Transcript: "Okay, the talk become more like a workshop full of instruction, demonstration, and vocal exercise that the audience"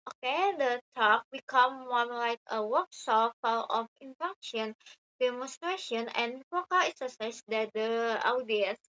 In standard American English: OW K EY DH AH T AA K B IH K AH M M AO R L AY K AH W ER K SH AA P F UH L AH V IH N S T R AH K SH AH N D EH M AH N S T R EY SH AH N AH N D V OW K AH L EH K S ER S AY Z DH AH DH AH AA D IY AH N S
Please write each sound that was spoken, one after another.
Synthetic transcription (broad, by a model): OW K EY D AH T AA K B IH K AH M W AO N L AY K AH W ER K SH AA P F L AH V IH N T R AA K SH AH N D EH M AH N S T R EY SH AH N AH N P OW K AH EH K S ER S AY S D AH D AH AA D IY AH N S